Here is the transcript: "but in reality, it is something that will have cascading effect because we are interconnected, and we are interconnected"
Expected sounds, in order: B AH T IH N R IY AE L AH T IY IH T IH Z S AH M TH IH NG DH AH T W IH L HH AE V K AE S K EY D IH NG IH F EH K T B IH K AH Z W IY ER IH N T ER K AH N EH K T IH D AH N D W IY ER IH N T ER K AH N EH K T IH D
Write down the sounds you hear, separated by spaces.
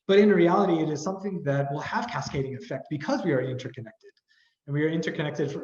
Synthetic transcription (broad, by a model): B AH T IH N R IY AE L AH T IY IH T IH Z S AH M TH IH NG DH AH T W IH L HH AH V K AE S K EY D IH NG IH F EH K T B IH K AH Z W IY ER IH N T ER K AH N EH K T IH D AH N W IY ER IH N T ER K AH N EH K T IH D